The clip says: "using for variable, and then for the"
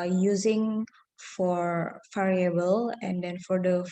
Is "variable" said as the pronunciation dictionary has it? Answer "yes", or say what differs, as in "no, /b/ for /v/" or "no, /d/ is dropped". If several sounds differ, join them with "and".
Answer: no, /f/ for /v/